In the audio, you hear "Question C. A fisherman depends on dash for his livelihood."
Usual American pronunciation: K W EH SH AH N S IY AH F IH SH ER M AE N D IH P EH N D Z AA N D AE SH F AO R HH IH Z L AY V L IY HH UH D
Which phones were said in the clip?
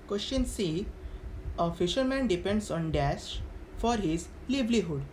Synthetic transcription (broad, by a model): K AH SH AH N S IY AH F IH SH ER M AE N D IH P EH N D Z AA N D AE S F AO R HH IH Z L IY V L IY HH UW D